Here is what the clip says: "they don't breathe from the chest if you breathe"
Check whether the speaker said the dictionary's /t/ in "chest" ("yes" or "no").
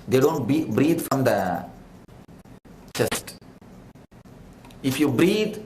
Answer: yes